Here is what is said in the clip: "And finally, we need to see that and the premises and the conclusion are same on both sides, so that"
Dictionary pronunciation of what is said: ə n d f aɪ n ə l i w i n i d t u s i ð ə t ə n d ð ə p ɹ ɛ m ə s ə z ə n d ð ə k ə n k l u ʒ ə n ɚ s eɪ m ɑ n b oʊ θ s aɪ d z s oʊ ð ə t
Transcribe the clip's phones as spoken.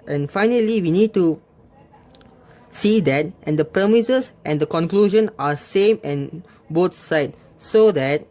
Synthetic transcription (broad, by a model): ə n f aɪ n ə l i w i n i d t u s i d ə t ə n d ə p ɹ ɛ m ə s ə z ə n d ə k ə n k l u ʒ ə n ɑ s eɪ m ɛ n b oʊ t s aɪ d s oʊ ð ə t